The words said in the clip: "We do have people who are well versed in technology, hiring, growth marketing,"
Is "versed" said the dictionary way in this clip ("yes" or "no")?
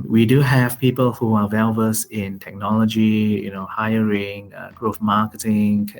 no